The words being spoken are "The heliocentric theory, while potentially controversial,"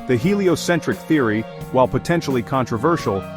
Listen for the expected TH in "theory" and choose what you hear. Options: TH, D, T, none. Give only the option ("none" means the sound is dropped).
TH